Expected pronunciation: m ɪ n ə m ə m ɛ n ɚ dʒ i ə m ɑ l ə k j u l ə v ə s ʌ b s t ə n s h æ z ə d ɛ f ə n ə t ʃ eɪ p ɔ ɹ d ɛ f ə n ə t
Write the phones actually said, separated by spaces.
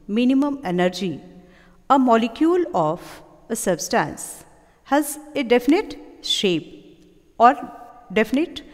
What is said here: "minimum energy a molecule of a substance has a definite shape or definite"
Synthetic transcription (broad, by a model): m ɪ n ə m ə m ɛ n ɚ dʒ i ə m ɑ l ə k j u l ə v ə s ʌ b s t ə n s h æ z ə d ɛ f ə n ə t ʃ eɪ p ɔ ɹ d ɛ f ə n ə t